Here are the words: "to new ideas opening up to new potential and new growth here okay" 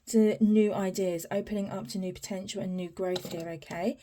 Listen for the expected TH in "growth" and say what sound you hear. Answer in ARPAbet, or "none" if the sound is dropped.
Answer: TH